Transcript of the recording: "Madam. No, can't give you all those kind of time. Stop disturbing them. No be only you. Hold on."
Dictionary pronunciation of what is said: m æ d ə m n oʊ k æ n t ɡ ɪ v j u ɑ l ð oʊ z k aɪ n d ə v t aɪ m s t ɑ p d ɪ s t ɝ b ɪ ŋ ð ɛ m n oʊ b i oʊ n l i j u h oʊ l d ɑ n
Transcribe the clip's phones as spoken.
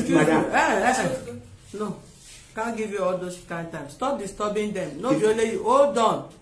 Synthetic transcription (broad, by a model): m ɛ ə n oʊ k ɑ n ɡ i v j u ɑ l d oʊ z k aɪ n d t aɪ m s t ɑ p d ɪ s t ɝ b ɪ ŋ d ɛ m n oʊ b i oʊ l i j u oʊ d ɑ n